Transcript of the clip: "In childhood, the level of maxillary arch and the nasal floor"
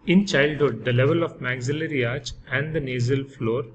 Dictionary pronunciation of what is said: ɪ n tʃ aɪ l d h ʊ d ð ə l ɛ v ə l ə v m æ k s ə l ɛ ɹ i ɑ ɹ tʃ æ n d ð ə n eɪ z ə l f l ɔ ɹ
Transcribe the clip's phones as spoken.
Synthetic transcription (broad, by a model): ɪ n tʃ aɪ l d h ʊ d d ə l ɛ v ə l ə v m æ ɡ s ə l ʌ ɹ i ɑ ɹ tʃ æ n d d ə n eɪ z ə l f l ɔ ɹ